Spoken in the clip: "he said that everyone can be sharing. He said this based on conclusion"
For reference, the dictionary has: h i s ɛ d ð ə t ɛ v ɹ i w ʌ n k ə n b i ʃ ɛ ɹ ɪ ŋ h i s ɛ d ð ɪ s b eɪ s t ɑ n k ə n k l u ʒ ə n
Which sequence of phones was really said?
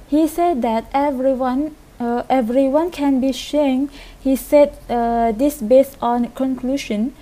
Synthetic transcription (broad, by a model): h i s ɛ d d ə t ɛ v ɹ i w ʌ n k ə n b i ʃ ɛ ɪ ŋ h i s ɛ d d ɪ s b eɪ s t ɑ n k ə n k l u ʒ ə n